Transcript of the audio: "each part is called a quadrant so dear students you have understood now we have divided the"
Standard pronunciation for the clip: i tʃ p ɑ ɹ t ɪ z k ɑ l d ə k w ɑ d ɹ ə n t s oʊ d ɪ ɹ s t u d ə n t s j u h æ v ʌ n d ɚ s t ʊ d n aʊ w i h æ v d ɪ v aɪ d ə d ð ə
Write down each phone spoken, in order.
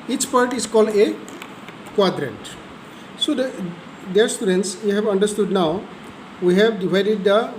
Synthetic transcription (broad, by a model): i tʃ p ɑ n t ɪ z k ɑ l d ə k w ɑ d ɹ ə n t s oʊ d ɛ ɹ s t u d ə n t s j u h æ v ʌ n d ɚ s t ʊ d n aʊ w i h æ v d ɪ v aɪ d ə d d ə